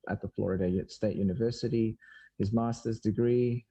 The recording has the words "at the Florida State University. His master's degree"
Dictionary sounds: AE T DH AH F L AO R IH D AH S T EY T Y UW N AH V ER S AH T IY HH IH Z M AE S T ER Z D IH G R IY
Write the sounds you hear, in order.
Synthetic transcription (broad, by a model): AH T DH AH F L AO R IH D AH S T EY T Y UW N AH V ER S AH T IY HH IH Z M AE S T ER Z D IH G R IY